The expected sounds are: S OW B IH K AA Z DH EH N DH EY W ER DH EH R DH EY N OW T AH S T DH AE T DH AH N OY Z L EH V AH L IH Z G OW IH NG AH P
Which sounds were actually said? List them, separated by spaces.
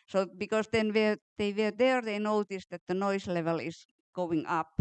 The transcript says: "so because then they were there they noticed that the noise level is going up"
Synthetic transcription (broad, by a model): S OW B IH K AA S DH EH N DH EY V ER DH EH R DH EY N OW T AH S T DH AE T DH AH N OY S L EH V AH L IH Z G OW IH NG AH P